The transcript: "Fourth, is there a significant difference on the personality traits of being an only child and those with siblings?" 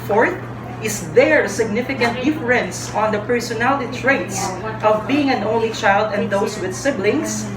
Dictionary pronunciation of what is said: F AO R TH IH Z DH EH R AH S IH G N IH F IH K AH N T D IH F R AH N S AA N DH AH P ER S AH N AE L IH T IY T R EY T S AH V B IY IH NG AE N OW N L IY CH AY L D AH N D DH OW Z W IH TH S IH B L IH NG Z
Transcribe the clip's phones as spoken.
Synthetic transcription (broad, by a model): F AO R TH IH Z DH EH R S IH G N IH F IH K AH N T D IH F R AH N S AA N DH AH P ER S AH N AE L IH T IY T R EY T S AH V B IY IH NG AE N OW N L IY CH AY L D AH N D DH OW S W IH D S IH B L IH NG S